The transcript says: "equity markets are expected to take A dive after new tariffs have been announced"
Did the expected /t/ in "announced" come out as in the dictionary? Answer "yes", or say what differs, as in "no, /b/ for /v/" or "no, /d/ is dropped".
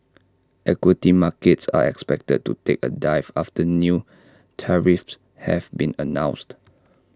yes